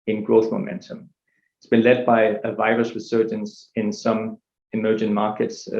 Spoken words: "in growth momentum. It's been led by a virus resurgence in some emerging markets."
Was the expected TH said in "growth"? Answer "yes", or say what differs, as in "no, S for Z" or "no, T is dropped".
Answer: yes